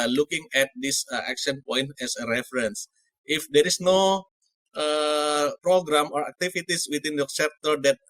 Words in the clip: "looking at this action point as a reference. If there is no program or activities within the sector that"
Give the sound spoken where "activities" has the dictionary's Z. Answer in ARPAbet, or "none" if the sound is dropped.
S